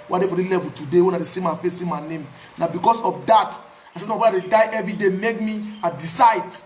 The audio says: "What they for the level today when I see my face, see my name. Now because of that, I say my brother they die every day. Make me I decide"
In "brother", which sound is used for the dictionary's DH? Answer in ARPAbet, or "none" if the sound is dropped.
none